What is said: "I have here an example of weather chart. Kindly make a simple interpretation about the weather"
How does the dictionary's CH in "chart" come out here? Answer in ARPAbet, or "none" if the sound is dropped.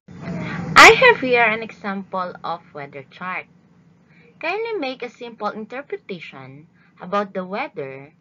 CH